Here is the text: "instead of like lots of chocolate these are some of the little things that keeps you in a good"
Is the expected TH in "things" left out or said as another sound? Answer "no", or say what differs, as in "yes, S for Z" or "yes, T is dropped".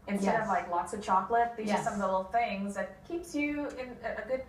no